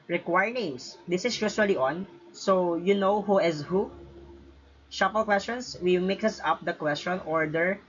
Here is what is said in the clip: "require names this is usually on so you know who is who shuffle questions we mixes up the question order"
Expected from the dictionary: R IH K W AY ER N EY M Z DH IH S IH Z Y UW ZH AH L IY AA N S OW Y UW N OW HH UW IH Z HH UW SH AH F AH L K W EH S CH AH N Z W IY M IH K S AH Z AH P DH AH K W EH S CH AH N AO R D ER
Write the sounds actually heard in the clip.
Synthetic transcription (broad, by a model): R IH K W AY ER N EY M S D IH S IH S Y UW SH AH L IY AA N S OW Y UW N OW HH UW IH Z HH UW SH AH P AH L K W EH S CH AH N S W IY M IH K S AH S AH P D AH K W EH S CH AH N AO R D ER